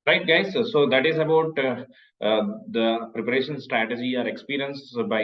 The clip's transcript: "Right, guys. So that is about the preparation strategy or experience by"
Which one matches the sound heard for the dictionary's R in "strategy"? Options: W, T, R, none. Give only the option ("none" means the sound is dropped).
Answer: R